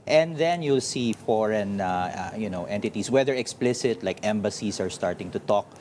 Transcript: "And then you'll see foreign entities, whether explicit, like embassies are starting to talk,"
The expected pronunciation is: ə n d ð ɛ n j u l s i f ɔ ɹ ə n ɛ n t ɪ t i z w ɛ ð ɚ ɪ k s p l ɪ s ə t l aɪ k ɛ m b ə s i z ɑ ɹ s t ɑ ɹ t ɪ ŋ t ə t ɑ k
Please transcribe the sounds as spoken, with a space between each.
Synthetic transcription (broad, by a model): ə n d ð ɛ n j u l s i f ɔ ɹ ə n ɛ n t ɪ t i s w ɛ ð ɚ ɪ k s p l ɪ s ə t l aɪ k ɛ m b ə s i s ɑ ɹ s t ɑ ɹ t ɪ ŋ t ə t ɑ k